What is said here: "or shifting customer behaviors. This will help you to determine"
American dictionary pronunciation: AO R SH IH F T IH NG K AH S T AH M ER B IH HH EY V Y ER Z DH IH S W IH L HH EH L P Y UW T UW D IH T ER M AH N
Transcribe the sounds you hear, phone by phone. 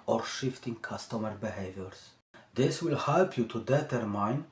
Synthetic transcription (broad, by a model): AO R SH IH F T IH NG K AH S T AH M ER B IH HH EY V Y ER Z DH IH S W IH L HH EH L P Y UW T UW D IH T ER M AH N